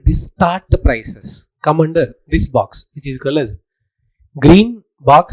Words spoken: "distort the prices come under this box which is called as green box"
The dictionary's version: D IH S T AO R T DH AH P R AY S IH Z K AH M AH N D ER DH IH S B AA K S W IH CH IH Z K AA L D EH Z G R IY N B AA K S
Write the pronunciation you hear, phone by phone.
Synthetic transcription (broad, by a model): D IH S T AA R T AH P R AY S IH S K AH M AH N D ER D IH S B AA K S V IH CH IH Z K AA L EH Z G R IY N B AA K S